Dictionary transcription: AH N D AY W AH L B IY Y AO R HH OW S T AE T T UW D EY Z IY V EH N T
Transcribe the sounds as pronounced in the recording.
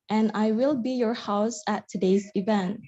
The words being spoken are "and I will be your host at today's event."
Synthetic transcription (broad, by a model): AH N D AY W AH L B IY Y AO R HH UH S AE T T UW D EY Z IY V EH N T